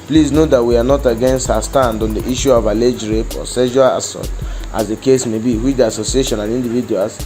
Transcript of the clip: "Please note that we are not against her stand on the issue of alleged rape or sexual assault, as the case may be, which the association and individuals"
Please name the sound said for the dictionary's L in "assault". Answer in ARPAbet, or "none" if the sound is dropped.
none